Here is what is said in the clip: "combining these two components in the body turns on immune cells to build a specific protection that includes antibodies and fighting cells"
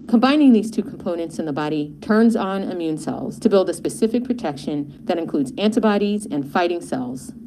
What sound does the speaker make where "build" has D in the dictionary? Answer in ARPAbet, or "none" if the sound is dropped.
D